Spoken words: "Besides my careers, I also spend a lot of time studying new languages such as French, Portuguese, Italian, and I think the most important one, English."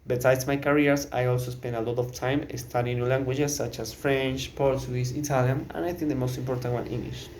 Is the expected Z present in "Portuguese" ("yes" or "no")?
no